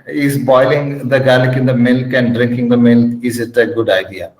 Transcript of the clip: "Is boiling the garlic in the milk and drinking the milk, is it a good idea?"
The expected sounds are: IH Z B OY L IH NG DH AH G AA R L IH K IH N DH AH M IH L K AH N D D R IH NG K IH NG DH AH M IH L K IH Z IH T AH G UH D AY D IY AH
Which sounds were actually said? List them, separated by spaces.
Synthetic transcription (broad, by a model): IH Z B OY L IH NG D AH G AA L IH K IH N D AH M IH L K AH N D D R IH NG K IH NG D AH M IH L K IH Z IH T AH G UH D AY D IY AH